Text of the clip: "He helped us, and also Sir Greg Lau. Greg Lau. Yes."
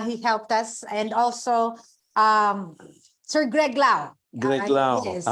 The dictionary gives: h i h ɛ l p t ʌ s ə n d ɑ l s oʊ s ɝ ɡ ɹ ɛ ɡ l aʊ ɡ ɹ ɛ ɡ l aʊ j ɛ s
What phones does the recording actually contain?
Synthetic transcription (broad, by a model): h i h ɛ l p t ʌ s ə n d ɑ l s oʊ s ɝ ɡ ɹ ɛ ɡ l aʊ ɡ ɹ ɛ ɡ l aʊ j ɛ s